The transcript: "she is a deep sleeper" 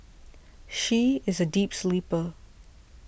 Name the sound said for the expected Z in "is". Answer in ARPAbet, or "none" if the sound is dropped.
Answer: Z